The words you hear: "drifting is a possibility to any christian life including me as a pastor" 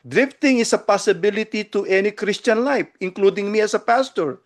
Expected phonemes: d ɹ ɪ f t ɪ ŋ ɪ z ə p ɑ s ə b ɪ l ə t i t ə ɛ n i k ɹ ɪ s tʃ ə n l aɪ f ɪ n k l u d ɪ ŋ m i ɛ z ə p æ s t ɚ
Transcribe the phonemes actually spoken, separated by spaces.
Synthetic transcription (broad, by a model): d ɹ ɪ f t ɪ ŋ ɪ s ə p ɑ s ə b ɪ l ə t i t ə ɛ n i k ɹ ɪ s tʃ ə n l aɪ f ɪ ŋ k l u d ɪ ŋ m i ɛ s ə p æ s t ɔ